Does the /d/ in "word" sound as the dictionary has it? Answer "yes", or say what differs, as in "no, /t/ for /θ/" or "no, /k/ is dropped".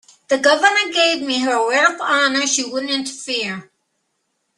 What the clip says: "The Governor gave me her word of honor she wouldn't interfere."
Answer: no, /d/ is dropped